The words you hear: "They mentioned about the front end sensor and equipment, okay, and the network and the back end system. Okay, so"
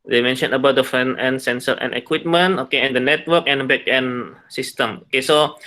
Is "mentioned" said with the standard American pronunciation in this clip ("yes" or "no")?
no